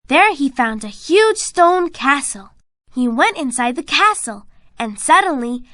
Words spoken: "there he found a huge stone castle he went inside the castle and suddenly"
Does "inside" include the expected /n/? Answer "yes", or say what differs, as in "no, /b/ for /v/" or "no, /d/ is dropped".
yes